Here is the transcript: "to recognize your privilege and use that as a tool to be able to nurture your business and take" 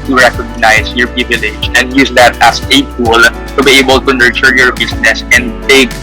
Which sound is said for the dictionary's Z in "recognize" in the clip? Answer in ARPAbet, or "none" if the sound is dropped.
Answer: S